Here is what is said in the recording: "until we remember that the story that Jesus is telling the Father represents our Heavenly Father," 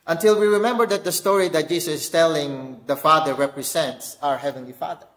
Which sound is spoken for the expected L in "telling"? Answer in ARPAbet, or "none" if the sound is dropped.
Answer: L